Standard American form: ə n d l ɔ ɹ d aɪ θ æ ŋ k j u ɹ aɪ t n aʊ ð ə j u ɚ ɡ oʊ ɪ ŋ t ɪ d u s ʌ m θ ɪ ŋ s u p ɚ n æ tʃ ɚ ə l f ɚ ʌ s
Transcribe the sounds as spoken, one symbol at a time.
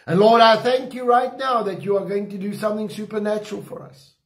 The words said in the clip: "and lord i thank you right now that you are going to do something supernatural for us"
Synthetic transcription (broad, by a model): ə n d l ɔ ɹ d aɪ θ æ ŋ k j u ɹ aɪ t n aʊ ð ə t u ɚ ɡ oʊ ɪ ŋ t ɪ d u s ʌ m θ ɪ ŋ s u p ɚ n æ tʃ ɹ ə l f ɚ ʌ s